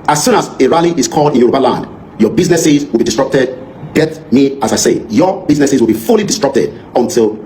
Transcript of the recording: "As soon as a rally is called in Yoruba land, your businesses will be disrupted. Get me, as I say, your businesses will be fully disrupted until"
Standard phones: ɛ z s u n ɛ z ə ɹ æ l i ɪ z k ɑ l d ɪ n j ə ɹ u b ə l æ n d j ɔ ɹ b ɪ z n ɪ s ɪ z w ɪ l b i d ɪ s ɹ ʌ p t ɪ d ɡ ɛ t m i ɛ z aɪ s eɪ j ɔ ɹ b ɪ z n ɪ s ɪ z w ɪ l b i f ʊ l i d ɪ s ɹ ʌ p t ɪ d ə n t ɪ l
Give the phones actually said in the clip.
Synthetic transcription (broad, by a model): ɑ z s u n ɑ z ə ɹ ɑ l i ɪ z k ɑ l d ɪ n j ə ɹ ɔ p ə l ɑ n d j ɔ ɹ b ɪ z n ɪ s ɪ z w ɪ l b i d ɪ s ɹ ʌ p t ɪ d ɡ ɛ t m i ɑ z aɪ s eɪ j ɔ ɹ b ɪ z n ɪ s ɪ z w ɪ l b i f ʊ l i d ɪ s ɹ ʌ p t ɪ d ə n t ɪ l